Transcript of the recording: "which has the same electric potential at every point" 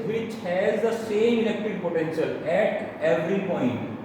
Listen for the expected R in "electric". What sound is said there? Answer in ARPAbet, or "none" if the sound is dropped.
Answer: none